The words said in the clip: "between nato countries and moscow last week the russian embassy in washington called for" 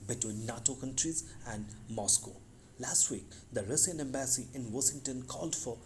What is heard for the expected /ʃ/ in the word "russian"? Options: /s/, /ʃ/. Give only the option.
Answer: /s/